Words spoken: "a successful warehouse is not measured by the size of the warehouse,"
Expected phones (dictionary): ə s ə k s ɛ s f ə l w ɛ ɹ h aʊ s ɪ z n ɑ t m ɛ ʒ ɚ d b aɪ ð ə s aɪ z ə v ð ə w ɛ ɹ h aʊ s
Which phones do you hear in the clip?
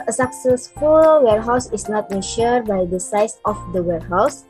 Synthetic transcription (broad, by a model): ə s ə k s ɛ s f ə l w ɛ ɹ h aʊ s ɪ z n ɑ t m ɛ ʃ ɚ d b aɪ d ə s aɪ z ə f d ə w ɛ ɹ h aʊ s